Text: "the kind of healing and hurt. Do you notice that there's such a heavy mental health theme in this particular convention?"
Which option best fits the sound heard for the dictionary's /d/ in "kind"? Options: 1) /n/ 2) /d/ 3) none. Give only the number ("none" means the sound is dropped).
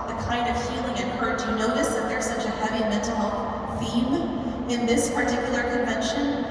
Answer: 2